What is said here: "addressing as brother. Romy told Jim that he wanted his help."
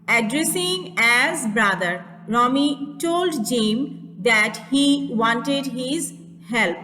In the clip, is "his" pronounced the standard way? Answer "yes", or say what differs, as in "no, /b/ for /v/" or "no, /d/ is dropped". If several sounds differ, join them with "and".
yes